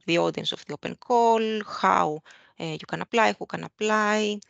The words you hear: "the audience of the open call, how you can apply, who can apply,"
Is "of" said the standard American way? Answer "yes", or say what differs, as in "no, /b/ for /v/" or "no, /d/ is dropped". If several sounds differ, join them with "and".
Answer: no, /f/ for /v/